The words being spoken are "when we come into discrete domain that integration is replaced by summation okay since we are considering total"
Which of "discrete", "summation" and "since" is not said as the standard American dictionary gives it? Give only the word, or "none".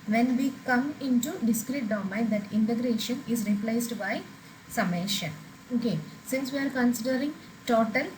none